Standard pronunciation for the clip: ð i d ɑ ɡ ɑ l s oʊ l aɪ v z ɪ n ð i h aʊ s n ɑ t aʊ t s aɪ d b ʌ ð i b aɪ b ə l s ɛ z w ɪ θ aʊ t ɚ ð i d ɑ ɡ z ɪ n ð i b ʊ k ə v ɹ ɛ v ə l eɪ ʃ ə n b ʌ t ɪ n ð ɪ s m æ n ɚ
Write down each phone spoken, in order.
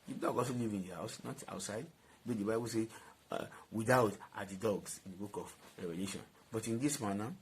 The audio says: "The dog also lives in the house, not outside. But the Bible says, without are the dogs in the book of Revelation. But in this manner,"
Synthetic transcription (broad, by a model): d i d ɑ ɡ ɑ l s oʊ l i v ɪ n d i h aʊ s n ɑ t aʊ t s aɪ d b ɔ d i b aɪ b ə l s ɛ w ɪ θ aʊ t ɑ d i d ɑ ɡ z ɪ n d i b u k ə f ɹ ɛ v ə l eɪ ʃ ə n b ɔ t ɪ n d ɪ s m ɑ n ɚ